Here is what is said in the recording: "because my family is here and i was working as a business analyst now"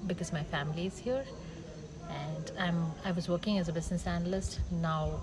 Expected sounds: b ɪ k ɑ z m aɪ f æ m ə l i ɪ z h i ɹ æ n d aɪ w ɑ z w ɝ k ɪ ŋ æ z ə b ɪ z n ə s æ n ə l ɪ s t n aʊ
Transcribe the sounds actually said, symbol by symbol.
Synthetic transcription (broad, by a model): b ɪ k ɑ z m aɪ f æ m ə l i ɪ z h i ɹ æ n d aɪ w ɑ z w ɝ k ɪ ŋ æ z ə b ɪ z n ə s æ n ə l ɪ s t n aʊ